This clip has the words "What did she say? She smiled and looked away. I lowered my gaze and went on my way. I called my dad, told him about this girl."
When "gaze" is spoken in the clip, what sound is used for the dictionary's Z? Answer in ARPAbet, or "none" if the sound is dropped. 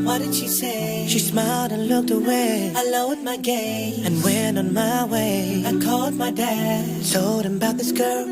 none